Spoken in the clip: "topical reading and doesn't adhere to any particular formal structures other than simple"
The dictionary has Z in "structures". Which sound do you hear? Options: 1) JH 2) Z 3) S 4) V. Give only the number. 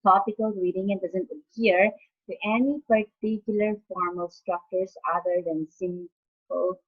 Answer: 3